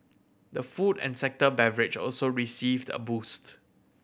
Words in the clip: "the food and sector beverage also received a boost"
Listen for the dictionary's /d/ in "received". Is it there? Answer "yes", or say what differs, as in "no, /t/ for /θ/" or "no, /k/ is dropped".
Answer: yes